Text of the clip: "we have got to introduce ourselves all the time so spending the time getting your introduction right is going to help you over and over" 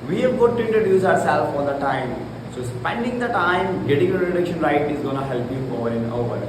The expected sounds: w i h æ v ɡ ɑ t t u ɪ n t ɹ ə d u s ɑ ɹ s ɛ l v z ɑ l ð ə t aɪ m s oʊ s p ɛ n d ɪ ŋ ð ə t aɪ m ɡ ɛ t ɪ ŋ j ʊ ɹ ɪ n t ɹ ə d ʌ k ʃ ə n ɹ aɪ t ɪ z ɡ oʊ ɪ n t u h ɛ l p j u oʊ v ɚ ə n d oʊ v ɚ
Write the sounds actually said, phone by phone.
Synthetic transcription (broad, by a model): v i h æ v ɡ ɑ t t u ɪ n t ɹ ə d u s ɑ ɹ s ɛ l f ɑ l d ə t aɪ m s oʊ s p ɛ n d ɪ ŋ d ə t aɪ m ɡ ɛ t ɪ ŋ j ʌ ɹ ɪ t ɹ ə k ʃ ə n ɹ aɪ t ɪ z ɡ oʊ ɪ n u h ɛ l p j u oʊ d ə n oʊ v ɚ